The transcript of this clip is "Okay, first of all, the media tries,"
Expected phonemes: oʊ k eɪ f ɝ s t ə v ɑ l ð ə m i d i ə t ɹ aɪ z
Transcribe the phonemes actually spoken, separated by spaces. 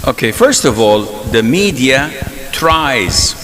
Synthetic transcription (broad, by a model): oʊ k eɪ f ɝ s t ə v ɑ l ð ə m i d i ə t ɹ aɪ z